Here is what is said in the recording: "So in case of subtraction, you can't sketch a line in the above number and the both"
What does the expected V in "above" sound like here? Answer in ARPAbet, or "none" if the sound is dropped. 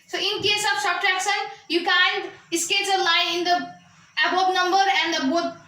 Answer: P